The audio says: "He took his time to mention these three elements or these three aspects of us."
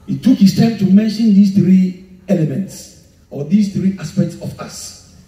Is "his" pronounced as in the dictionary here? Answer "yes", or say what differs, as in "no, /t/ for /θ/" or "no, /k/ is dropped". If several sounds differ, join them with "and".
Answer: no, /s/ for /z/